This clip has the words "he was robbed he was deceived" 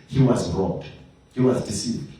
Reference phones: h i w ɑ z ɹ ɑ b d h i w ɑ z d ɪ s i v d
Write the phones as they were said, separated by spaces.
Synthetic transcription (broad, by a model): h i w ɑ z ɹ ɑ d h i w ɑ z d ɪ s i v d